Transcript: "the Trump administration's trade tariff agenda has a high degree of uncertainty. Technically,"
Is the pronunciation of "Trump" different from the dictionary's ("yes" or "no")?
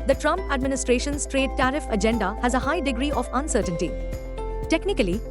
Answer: no